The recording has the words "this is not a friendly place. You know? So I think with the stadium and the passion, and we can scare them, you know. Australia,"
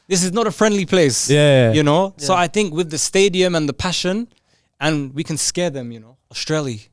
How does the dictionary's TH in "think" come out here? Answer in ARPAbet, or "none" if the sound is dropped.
TH